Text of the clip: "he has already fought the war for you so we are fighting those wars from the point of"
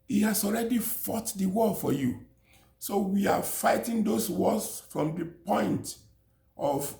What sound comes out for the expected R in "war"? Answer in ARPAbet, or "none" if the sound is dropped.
L